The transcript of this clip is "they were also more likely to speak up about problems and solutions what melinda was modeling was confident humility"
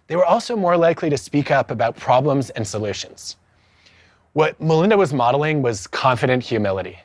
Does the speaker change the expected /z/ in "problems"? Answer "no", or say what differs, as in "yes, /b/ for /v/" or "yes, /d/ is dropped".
no